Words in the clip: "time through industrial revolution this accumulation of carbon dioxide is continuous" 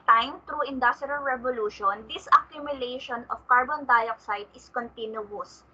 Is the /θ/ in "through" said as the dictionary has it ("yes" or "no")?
no